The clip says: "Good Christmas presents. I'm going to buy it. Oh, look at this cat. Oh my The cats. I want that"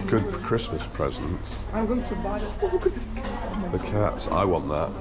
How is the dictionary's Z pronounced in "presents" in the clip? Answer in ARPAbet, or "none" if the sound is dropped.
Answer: Z